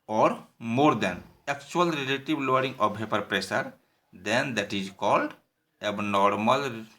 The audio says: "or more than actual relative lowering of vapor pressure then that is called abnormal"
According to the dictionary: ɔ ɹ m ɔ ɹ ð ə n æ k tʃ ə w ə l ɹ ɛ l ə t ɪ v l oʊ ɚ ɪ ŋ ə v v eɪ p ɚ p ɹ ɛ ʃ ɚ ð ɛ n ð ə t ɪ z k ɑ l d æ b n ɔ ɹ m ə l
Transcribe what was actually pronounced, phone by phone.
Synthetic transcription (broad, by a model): ɔ ɹ m ɔ ɹ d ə n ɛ k tʃ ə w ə l ɹ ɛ l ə t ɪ b l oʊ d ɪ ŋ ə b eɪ p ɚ p ɹ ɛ s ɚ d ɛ n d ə t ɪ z k ɑ l d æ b n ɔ ɹ m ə l